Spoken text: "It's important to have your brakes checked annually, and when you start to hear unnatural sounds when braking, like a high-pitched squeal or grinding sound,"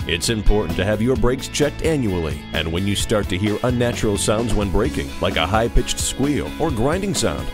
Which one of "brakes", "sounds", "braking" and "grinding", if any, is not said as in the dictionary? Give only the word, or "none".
none